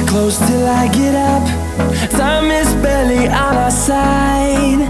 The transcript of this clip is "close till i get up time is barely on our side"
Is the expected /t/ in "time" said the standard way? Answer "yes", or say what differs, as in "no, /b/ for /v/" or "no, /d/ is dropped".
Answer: no, /s/ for /t/